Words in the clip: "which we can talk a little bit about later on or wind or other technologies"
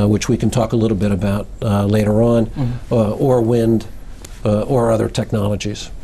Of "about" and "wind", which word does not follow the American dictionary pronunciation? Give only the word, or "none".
none